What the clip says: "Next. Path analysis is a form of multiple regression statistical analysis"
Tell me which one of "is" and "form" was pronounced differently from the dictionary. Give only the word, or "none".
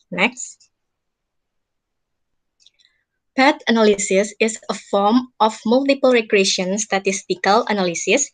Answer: is